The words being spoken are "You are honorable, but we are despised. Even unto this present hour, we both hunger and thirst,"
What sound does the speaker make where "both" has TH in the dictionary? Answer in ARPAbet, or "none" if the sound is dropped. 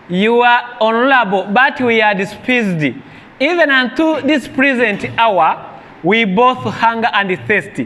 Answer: TH